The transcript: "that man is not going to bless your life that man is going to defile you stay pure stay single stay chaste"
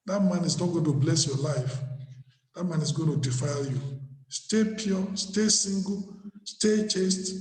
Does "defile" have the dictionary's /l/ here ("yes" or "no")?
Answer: yes